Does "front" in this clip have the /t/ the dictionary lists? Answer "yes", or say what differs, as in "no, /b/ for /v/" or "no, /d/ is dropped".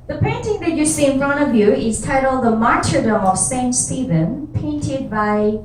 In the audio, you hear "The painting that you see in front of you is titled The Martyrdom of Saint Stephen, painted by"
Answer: no, /t/ is dropped